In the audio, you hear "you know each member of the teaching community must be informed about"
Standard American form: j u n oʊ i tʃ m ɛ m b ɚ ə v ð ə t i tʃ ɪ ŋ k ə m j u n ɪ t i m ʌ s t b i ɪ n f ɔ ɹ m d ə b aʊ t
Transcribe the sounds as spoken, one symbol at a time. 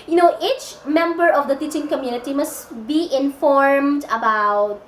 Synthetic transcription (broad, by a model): j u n oʊ i tʃ m ɛ m b ɚ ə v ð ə t i tʃ ɪ ŋ k ə m j u n ɪ t i m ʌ s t b i ɪ n f ɔ ɹ m d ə b aʊ t